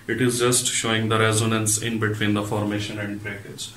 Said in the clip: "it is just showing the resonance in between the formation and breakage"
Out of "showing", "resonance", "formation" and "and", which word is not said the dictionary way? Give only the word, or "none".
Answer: none